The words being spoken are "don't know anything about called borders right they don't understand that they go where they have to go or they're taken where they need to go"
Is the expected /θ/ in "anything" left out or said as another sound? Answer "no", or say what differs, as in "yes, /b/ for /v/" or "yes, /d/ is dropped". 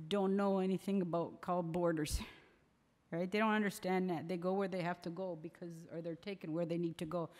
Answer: no